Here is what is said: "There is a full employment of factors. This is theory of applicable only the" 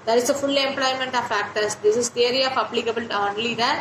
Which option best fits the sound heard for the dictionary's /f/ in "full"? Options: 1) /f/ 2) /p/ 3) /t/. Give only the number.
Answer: 1